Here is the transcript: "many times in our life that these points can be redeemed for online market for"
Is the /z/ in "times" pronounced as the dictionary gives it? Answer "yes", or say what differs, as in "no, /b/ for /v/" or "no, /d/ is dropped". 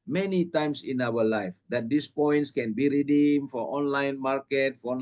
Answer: no, /s/ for /z/